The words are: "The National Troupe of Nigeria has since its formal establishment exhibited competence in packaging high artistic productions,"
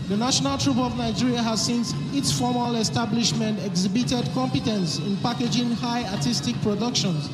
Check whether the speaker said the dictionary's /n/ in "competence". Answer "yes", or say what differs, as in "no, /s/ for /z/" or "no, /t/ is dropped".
yes